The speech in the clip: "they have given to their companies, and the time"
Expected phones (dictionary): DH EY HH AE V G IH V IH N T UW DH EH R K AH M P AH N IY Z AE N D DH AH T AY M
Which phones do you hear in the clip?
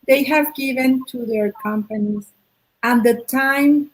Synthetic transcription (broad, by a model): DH EY HH AE V G IH V IH N T UW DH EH R K AH M P AH N IY Z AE N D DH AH T AY M